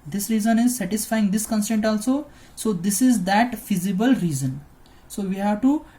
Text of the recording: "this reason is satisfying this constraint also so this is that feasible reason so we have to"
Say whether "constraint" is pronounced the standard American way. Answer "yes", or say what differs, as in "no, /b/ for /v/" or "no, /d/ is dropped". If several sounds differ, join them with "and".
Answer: no, /ɹ/ is dropped